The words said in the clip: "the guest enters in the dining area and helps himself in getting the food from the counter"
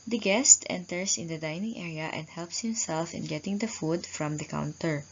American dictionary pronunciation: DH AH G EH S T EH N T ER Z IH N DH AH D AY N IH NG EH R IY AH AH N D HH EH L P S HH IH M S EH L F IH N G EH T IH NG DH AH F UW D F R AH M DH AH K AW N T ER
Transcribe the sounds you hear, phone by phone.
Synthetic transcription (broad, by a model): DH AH G EH S T EH N T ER S IH N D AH D AY N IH NG EH R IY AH AH N D HH EH L P S HH IH M S EH L F IH N G EH T IH NG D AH F UW D F R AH M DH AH K AW N T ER